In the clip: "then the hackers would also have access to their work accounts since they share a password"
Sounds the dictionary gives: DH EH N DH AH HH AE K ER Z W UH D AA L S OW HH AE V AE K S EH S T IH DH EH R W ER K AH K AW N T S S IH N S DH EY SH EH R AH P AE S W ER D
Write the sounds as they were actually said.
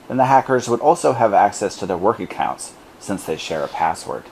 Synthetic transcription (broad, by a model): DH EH N DH AH HH AE K ER Z W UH D AA L S OW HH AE V AE K S EH S T IH DH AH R W ER K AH K AW N T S S IH N S DH EY SH EH R AH P AE S W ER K